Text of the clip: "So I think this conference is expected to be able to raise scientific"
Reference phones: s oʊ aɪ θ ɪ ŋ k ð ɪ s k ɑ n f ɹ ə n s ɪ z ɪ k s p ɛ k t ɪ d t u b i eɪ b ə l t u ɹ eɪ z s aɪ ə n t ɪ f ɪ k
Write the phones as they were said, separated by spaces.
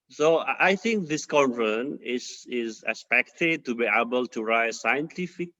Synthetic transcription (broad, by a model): s oʊ aɪ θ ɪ ŋ k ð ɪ s k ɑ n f ə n ɪ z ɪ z s p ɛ k t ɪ d t u b i eɪ b ə l t u ɹ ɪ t s aɪ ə n t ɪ f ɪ k